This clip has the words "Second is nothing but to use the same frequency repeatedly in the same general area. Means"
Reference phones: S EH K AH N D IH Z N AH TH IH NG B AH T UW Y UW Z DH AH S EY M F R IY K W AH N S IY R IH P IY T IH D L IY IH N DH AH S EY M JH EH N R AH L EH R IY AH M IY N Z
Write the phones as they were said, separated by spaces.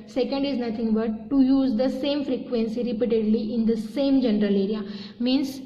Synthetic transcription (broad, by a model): S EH K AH N D IH Z N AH T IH NG B AH T UW Y UW Z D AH S EY M F R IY K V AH N S IY R IH P IY T IH D L IY IH N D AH S EY M JH EH N R AH L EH R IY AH M IY N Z